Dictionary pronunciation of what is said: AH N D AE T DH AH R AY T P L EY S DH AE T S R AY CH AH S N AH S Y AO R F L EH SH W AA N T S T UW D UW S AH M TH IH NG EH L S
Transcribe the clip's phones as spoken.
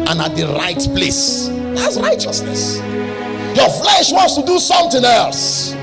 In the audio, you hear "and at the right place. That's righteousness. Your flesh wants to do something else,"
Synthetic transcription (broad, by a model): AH N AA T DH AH R AY T P L EY S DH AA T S R AY CH AH S N AH S Y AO F L EH SH W AA N T S T UW D UW S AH M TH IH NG EH L S